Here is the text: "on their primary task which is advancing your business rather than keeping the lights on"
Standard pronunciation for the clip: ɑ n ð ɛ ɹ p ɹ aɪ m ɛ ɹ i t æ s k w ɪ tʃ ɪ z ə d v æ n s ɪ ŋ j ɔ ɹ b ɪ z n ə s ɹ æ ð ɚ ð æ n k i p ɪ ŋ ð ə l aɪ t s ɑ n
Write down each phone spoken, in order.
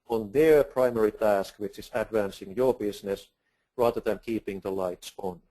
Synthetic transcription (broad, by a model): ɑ n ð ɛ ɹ p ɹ aɪ m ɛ ɹ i t æ s k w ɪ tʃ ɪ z ə d v æ n s ɪ ŋ j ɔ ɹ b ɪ s n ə s ɹ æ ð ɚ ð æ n k i p ɪ ŋ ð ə l aɪ t s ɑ n